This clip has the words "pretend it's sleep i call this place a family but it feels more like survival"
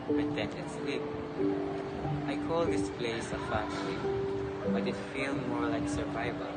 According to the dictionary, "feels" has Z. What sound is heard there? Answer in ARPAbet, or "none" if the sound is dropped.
none